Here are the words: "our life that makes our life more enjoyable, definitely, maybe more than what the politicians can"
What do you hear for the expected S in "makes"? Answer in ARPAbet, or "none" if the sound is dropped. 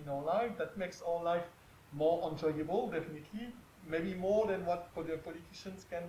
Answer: S